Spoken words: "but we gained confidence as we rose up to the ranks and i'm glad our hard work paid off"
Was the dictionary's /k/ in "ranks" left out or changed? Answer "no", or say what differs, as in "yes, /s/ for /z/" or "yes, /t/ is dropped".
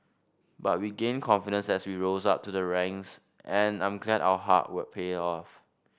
yes, /k/ is dropped